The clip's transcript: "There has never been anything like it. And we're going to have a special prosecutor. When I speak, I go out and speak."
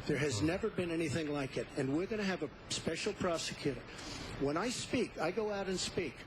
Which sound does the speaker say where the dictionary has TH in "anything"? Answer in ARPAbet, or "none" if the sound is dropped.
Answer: TH